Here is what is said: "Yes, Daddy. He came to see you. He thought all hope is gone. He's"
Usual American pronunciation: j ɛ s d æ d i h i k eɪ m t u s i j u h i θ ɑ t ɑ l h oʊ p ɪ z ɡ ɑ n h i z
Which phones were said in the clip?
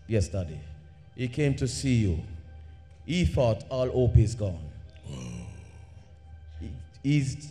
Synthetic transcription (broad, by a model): j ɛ s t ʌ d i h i k eɪ m t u s i j u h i f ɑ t ɑ l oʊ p ɪ z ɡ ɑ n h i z